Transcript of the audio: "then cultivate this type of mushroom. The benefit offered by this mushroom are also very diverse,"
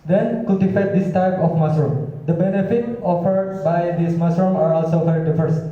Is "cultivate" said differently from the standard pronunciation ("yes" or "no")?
yes